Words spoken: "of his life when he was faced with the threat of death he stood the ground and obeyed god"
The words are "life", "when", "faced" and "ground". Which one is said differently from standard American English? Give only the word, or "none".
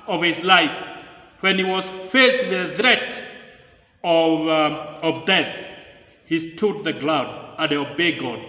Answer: ground